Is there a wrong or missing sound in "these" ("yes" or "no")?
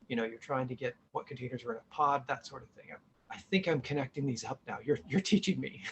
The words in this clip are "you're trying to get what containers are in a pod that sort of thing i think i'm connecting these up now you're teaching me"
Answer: no